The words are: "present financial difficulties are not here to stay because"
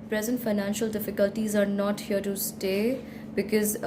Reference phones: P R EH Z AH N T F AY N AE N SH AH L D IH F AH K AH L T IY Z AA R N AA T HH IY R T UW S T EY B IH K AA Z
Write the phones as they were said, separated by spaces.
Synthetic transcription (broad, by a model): P R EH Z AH N T F AY N AE N SH AH L D IH F AH K AH L T IY Z AA R N AA T HH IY R T UW S T EY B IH K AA Z